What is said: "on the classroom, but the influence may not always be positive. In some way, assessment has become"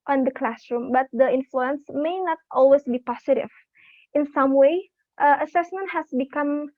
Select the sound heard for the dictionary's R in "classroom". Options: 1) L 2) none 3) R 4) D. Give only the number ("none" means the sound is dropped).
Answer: 3